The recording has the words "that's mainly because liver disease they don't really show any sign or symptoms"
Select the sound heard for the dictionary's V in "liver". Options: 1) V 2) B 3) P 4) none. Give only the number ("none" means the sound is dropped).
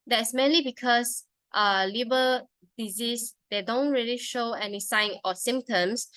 2